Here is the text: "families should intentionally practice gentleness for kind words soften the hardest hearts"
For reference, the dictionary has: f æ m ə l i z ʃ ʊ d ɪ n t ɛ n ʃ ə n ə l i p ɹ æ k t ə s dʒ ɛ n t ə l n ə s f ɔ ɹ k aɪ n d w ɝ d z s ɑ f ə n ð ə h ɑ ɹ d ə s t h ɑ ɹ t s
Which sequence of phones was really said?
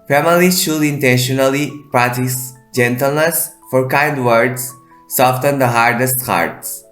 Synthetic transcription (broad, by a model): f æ m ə l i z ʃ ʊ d ɪ n t ɛ n ʃ ə n ə l i p ɹ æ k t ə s dʒ ɛ n t ə l n ə s f ɔ ɹ k aɪ n d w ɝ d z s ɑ f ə n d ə h ɑ ɹ d ə s t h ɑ ɹ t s